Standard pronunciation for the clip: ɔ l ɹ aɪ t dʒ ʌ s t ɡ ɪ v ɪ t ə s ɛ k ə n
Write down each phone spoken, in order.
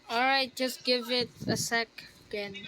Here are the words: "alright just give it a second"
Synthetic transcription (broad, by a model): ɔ l ɹ aɪ t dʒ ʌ s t ɡ ɪ v ɪ t ə s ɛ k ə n